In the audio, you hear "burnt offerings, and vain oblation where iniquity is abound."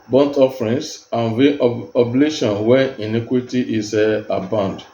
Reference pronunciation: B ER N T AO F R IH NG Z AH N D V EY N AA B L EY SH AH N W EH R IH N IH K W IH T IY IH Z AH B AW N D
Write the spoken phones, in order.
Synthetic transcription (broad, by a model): B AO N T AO F R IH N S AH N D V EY AA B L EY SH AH N W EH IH N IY K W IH T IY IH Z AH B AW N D